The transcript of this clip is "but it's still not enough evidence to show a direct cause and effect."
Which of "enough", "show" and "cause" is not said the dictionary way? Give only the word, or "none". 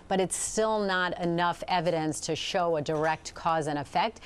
none